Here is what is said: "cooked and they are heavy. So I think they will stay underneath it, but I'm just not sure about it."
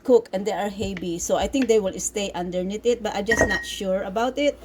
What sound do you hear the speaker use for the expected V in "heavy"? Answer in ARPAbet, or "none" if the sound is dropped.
B